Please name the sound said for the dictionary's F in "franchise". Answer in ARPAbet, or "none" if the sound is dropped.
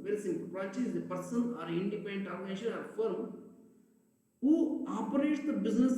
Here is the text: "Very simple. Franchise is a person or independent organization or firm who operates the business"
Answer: P